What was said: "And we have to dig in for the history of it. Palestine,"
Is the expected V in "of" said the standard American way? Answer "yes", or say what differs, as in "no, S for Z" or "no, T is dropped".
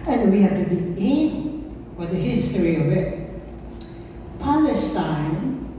yes